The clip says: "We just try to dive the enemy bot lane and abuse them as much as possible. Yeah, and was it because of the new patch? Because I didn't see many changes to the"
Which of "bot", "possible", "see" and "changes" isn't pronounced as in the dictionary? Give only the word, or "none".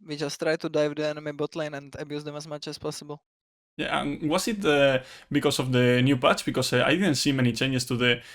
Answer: changes